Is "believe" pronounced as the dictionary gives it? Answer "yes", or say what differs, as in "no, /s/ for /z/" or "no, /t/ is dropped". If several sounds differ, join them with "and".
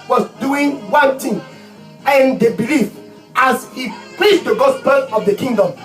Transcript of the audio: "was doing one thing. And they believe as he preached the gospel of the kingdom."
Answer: no, /f/ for /v/